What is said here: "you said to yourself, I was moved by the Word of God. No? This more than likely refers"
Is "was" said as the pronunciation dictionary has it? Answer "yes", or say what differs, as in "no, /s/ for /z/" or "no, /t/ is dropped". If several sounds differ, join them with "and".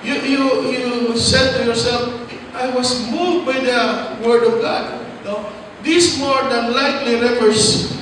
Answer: no, /s/ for /z/